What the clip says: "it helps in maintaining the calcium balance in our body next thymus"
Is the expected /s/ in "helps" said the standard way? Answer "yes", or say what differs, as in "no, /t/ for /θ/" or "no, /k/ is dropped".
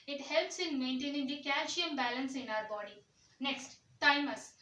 yes